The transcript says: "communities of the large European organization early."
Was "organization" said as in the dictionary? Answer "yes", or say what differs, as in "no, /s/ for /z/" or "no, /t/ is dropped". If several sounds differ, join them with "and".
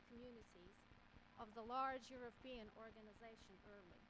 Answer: yes